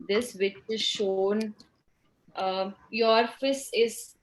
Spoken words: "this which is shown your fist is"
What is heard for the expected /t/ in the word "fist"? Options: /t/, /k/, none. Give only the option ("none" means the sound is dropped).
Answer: none